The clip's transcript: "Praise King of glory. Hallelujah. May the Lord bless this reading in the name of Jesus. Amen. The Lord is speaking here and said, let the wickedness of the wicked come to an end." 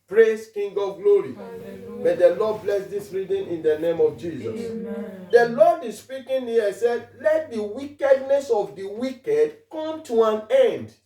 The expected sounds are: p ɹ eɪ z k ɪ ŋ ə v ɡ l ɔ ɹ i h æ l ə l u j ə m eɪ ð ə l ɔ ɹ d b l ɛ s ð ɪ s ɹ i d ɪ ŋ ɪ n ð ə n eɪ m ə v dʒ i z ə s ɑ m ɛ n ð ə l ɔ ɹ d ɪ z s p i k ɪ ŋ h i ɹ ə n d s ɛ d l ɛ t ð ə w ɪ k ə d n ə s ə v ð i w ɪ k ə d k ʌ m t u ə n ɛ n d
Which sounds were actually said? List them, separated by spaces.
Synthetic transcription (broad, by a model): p ɹ eɪ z k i ŋ ɡ ɔ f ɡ l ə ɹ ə m eɪ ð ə l ɔ d b l ɛ s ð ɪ s ɹ i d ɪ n ɪ n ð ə n eɪ m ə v dʒ i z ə s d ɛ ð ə l ɔ d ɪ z s p i k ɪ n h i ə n s ɛ d l ɛ t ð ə w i k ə d n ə s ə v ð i w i k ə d k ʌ m t u ə n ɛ n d